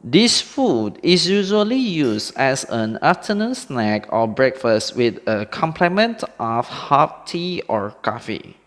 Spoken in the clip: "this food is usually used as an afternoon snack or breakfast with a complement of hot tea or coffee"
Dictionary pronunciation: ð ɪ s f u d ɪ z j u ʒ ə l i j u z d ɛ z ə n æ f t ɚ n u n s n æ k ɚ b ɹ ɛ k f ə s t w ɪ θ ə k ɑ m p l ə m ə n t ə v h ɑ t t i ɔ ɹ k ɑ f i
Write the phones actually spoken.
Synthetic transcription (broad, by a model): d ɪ s f u d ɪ s j u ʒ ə l i j u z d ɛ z ə n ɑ t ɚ n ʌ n s n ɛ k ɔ b ɹ ɛ k f ə s t w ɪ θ ə k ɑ m p l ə m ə n t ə f h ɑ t t i ɔ ɹ k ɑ f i